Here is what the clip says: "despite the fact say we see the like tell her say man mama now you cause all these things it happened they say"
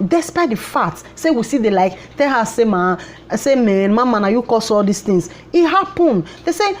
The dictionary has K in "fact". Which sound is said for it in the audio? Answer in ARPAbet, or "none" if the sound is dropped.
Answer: none